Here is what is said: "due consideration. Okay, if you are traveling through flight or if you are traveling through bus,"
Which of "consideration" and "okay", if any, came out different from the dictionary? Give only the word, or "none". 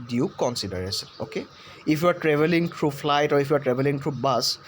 consideration